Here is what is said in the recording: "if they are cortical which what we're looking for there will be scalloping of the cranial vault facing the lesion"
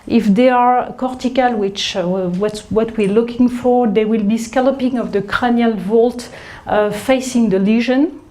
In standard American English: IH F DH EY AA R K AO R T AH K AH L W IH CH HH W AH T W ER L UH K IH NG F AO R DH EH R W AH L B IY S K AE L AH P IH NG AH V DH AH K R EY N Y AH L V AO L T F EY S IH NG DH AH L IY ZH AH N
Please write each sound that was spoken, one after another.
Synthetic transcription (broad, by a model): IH F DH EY AA R K AO R T AH K AH L W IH CH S W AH T W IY L UH K IH NG F AO R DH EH W AH L B IY S K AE L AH P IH NG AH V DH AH K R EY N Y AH L V AO L T F EY S IH NG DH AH L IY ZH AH N